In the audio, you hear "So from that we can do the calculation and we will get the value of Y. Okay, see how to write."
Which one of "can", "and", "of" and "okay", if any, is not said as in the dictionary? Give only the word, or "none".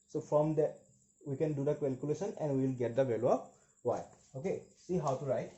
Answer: of